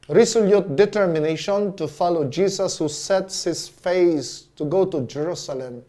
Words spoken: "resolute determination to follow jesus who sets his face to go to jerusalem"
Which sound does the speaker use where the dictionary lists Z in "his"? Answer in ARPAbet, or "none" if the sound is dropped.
S